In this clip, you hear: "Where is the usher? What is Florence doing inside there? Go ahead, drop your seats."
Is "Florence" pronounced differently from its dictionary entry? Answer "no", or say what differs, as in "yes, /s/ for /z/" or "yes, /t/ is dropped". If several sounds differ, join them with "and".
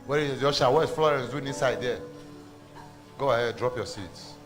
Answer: no